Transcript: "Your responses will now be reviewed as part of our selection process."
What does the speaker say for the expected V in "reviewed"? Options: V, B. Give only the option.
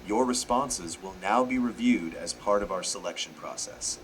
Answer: V